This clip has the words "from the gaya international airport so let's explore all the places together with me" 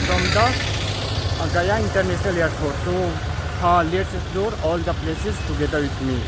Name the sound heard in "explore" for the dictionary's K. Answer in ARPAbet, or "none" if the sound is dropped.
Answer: none